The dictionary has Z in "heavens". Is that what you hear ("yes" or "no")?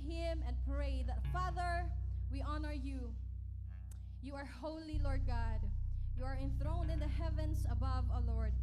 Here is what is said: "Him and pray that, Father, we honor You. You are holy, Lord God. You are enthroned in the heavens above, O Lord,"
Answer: no